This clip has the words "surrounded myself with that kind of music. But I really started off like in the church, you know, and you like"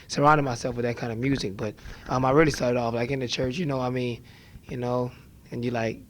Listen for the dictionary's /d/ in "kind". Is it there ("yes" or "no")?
no